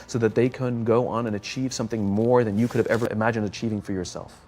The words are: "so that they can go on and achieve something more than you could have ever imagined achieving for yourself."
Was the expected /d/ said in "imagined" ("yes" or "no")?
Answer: yes